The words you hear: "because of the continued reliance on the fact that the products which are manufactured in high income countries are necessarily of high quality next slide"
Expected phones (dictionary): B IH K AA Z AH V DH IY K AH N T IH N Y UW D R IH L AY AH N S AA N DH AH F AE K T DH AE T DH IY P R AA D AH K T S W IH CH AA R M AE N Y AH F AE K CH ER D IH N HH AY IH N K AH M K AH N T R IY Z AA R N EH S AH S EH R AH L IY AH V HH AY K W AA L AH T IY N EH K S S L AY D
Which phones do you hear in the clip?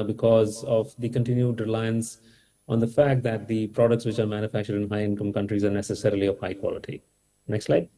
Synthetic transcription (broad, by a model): B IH K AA Z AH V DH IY K AH N T IH N Y UW D R IH L AY AH N S AA N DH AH F AE K T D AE T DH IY P R AA D AH K T S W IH CH AA R M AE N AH F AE K CH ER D IH N HH AY IH N K AH M K AH N T R IY Z AA R N EH S AH S EH R AH L IY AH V HH AY K W AA L AH T IY N EH K S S L AY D